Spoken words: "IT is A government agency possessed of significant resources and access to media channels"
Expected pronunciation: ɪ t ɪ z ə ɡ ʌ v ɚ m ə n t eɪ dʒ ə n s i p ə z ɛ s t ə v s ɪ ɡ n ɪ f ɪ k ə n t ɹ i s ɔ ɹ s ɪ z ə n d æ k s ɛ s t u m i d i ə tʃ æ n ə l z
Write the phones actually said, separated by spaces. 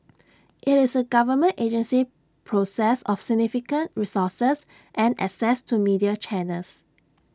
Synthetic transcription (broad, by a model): ɪ t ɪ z ə ɡ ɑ v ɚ m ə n t eɪ dʒ ə n s i p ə s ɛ s ə f s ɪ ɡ n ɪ f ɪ k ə n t ɹ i s ɔ s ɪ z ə n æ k s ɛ s t u m i d i ə tʃ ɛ n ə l s